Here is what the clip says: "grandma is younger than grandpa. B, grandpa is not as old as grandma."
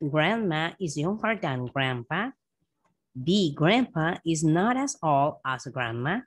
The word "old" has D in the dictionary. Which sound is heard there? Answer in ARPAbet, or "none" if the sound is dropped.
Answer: none